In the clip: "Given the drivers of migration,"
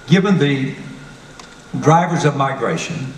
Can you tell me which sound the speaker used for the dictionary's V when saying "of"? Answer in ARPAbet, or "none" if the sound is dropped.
V